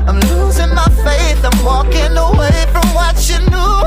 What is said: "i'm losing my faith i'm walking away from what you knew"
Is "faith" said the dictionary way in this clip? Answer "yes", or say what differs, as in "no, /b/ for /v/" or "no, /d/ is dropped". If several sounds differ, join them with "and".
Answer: no, /t/ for /θ/